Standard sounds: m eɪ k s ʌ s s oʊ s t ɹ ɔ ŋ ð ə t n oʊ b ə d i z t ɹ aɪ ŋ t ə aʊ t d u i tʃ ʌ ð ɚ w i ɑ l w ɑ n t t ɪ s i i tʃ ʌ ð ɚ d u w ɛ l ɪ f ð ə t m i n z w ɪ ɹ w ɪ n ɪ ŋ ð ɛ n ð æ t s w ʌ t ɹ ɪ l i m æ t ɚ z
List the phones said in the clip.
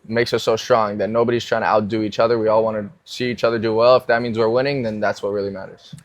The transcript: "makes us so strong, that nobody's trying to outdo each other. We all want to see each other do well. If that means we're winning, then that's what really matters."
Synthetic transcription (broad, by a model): m eɪ k s ʌ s s oʊ s t ɹ ɔ ŋ ð ə t n oʊ b ə d i z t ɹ aɪ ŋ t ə aʊ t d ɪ i tʃ ʌ ð ɚ w i ɑ l w ɑ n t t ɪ s i i tʃ ʌ ð ɚ d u w ɛ l ɪ f ð ə t m i n z w ɪ ɹ w ɪ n ɪ ŋ ð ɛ n ð æ t s w ʌ t ɹ ɪ l i m æ t ɚ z